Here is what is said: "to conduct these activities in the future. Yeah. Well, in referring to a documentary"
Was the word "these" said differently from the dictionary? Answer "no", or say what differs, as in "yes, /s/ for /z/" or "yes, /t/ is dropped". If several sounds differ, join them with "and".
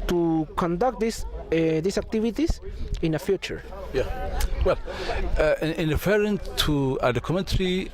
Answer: yes, /s/ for /z/